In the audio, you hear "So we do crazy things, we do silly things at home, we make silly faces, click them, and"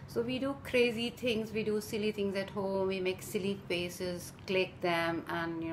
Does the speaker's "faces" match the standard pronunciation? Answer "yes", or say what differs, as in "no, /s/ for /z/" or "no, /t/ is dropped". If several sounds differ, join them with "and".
no, /p/ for /f/